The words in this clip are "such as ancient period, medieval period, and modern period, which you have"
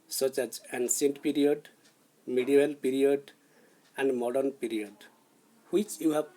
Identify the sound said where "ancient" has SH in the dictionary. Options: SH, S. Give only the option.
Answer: S